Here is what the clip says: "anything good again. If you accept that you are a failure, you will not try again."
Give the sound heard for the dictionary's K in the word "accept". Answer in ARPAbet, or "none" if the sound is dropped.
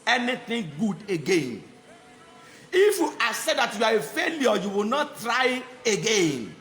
none